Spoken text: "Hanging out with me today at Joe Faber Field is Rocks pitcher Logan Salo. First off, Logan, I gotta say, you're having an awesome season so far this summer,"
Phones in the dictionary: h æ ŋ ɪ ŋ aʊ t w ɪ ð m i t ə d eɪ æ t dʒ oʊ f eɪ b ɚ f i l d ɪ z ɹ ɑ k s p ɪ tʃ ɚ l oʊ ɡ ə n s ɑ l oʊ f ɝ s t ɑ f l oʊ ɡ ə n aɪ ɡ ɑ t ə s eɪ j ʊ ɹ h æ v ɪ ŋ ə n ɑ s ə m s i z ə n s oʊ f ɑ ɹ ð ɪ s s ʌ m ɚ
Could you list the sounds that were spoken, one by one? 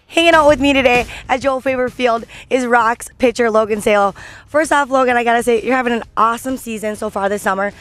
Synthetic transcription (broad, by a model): h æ ŋ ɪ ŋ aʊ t w ɪ ð m i t ə d eɪ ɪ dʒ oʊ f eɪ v ɚ f i l d ɪ z ɹ ɑ k s p ɪ tʃ ɚ l oʊ ɡ ə n s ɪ l oʊ f ɝ s t ɑ f l oʊ ɡ ə n aɪ ɡ ɑ t ə s eɪ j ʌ ɹ h æ v ɪ ŋ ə n ɑ s ə m s i z ə n s oʊ f ɑ ɹ ð ɪ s s ʌ m ɚ